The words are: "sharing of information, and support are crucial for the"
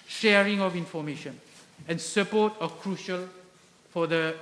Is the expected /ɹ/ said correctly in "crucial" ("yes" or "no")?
yes